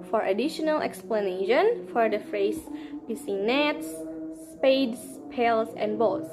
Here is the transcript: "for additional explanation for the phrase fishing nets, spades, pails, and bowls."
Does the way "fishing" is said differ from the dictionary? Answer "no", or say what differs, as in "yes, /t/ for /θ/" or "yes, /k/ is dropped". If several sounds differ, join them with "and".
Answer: yes, /s/ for /ʃ/